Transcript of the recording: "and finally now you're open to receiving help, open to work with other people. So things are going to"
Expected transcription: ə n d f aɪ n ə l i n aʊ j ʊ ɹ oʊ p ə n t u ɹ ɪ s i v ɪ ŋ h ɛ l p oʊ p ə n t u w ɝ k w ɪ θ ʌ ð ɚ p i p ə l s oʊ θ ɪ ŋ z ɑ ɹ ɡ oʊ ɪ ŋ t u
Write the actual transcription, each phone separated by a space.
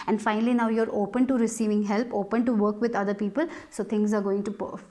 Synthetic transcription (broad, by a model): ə n d f aɪ n ə l i n aʊ j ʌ ɹ oʊ p ə n t u ɹ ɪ s i v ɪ ŋ h ɛ l p oʊ p ə n t u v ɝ k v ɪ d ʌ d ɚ p i p ə l s oʊ t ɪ ŋ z ɑ ɹ ɡ oʊ ɪ ŋ t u